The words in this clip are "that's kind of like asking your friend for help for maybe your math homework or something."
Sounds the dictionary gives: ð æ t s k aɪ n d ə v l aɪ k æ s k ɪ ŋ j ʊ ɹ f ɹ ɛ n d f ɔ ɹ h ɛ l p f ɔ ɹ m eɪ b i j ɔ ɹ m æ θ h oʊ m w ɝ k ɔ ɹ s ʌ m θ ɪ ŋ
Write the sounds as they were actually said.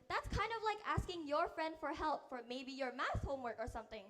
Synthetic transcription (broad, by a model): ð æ t s k aɪ n d ə v l aɪ k æ s k ɪ ŋ j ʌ ɹ f ɹ ɛ n d f ɔ ɹ h ɛ l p f ɔ ɹ m eɪ b i j ɔ ɹ m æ s h oʊ m w ɝ k ɔ ɹ s ʌ m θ ɪ ŋ